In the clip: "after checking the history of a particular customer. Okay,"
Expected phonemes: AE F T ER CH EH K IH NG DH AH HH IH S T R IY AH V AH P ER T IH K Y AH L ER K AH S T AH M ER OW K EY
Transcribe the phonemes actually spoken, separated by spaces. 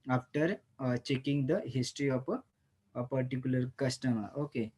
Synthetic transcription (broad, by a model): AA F T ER CH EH K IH NG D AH HH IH S T R IY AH P AH P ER T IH K Y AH L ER K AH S T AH M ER OW K EY